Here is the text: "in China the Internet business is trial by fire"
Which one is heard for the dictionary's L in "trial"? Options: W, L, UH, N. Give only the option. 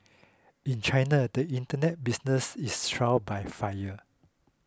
W